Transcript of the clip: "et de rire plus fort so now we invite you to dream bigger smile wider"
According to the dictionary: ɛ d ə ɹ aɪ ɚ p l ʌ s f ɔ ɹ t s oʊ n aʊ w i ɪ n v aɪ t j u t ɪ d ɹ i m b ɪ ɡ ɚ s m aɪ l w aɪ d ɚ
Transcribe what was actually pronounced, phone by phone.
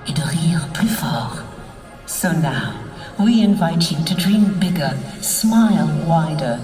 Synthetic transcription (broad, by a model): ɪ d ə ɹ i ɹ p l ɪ f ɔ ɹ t s oʊ n aʊ w i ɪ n v aɪ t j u t ɪ d ɹ i m b ɪ ɡ ɚ s m aɪ l w aɪ d ɚ